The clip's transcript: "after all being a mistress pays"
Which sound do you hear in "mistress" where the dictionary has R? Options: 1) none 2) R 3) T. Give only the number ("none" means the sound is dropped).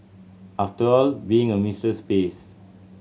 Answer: 1